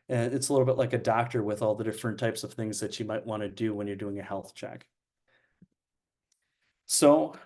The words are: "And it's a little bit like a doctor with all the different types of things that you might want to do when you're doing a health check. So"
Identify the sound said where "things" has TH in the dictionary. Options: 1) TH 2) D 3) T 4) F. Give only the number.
1